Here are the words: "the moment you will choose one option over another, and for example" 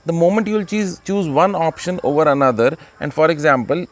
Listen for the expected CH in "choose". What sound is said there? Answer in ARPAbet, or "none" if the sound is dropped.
CH